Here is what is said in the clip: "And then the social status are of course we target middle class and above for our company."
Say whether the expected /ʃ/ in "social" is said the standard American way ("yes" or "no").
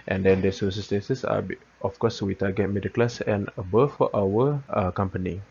no